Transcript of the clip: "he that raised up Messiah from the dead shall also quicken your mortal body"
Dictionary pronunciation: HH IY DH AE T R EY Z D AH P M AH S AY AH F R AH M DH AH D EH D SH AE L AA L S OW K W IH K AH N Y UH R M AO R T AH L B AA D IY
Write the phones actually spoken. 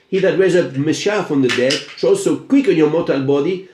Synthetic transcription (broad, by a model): HH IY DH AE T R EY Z AH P M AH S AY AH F R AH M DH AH D EH D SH AA L S OW K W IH K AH N Y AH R M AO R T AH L B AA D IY